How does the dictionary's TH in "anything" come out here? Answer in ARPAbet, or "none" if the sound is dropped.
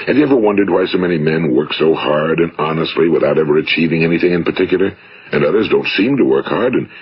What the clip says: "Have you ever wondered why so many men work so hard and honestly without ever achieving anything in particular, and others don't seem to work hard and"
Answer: TH